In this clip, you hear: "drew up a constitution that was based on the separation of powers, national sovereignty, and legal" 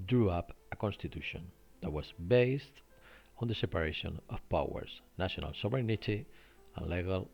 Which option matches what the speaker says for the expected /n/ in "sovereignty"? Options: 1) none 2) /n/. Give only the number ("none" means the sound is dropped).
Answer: 1